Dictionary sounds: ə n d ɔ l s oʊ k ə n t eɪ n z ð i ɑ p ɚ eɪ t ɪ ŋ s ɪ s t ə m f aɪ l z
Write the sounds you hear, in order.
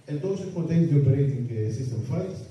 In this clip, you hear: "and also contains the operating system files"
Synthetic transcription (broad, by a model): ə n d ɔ s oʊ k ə n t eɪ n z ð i ɑ p ɚ eɪ t ɪ ŋ s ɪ s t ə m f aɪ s